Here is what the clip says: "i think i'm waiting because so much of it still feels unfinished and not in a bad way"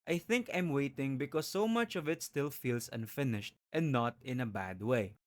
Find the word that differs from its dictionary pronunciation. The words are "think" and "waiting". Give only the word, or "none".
none